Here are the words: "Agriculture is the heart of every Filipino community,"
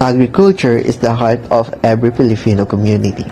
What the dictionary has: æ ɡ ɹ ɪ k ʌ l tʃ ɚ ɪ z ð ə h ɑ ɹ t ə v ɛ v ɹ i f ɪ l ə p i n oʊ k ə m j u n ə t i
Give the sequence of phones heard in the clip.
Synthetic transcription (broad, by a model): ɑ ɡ ɹ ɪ k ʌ l tʃ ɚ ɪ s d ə h ɑ ɹ t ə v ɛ b ɹ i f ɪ l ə f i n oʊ k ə m j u n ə t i